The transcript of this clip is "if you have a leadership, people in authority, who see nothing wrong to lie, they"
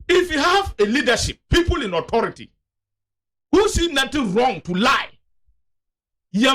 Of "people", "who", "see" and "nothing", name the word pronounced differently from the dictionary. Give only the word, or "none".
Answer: nothing